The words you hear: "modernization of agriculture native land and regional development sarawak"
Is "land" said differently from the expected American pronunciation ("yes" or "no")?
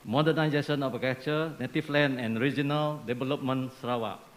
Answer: yes